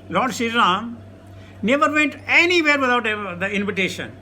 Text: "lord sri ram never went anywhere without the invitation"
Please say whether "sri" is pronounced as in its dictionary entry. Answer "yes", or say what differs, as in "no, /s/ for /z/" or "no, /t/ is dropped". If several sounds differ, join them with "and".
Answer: no, /ɹ/ is dropped